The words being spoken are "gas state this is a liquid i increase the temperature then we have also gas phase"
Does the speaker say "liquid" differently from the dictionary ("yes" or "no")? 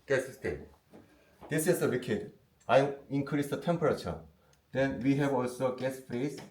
yes